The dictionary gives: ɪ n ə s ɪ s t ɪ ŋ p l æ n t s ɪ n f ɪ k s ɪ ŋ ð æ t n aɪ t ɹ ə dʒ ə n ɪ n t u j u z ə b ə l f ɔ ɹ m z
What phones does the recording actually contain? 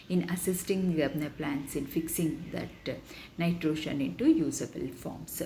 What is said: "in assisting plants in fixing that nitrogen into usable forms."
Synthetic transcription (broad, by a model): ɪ n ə s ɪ s t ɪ ŋ p l æ n t s ɪ n f ɪ k s ɪ ŋ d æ t n aɪ t ɹ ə ʃ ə n ɪ n t u j u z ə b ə l f ɔ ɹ m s